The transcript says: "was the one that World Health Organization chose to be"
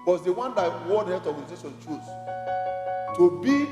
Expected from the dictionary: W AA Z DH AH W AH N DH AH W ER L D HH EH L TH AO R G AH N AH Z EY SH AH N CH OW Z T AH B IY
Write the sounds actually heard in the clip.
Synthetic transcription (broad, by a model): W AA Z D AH W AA N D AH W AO D HH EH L T AO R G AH N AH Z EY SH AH N CH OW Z T AH B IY